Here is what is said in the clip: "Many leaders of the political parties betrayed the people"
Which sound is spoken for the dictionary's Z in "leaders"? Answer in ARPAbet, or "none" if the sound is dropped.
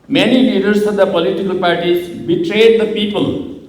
S